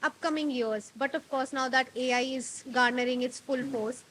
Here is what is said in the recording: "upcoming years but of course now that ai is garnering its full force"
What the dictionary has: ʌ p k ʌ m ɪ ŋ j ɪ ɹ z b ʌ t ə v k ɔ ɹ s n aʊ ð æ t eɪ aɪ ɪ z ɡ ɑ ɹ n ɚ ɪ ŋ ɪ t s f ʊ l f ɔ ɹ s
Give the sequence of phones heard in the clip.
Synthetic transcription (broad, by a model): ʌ p k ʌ m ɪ ŋ j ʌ ɹ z b ʌ t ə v k ɔ ɹ s n aʊ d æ t eɪ aɪ ɪ z ɡ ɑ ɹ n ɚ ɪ ŋ ɪ t s f ʊ l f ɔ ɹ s